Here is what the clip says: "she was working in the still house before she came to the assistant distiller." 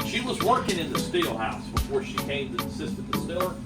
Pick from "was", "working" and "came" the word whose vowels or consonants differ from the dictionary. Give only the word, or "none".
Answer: none